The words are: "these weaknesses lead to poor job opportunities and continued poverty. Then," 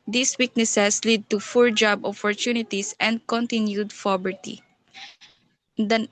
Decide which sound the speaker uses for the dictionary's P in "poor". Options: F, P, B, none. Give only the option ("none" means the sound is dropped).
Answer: F